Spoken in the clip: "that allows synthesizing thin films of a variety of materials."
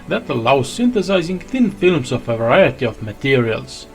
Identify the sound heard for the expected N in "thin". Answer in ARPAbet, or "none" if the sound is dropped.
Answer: N